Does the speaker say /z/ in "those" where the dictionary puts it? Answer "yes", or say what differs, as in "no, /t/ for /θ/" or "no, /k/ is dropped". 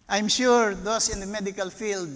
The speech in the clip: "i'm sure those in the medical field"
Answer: no, /s/ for /z/